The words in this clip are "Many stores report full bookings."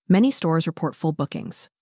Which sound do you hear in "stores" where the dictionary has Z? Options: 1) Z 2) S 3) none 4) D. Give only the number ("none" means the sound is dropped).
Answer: 1